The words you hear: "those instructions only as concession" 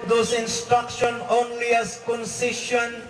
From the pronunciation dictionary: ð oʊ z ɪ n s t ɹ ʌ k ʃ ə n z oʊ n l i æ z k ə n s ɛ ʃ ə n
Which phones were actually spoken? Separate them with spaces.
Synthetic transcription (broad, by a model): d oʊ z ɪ n s t ɹ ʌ k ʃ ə n oʊ n l i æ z k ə n s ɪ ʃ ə n